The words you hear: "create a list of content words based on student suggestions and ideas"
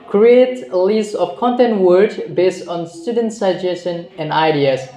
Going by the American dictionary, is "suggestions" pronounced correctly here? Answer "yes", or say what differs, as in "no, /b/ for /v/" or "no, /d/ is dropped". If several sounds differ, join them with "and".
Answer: no, /ʃ/ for /tʃ/ and /z/ is dropped